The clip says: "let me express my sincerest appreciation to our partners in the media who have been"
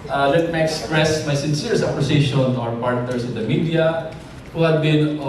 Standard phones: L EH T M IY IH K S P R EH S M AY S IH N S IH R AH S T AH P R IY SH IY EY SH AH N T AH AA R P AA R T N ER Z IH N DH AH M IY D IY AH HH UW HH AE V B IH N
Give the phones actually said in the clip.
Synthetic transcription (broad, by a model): L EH T M IY IH K S P R EH S M AY S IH N S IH R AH S AH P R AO S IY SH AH N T AA R P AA R T N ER S IH N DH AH M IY D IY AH HH UW HH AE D B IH N